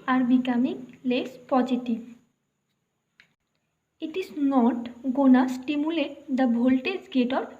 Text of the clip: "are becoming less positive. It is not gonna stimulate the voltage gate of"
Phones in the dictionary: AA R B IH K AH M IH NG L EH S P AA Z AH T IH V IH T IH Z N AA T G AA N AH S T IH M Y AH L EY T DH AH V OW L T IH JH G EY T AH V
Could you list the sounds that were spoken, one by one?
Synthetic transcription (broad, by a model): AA R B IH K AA M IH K L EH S P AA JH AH T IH IH T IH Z N AA T G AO N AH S T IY M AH L EY T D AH B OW L T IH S G EY T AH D